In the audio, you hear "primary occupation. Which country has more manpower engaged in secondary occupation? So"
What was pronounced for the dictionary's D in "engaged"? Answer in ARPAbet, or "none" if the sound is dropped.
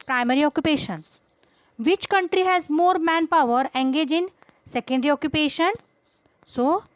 none